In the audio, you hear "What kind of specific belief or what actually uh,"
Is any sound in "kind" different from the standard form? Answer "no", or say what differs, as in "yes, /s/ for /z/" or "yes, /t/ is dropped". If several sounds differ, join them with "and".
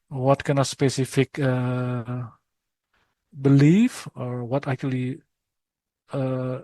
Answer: yes, /d/ is dropped